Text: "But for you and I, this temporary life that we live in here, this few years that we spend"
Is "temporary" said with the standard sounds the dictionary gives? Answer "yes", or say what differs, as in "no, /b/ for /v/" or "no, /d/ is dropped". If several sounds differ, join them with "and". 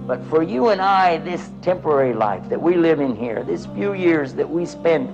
yes